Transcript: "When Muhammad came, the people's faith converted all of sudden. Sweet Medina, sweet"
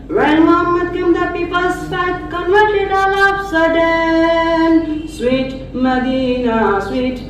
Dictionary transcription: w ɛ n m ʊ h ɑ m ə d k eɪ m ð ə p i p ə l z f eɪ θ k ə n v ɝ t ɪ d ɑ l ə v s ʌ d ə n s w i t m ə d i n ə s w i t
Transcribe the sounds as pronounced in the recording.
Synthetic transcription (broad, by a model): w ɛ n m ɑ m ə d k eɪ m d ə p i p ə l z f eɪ t k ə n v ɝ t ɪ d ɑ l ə p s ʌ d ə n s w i t m ə d i n ə s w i t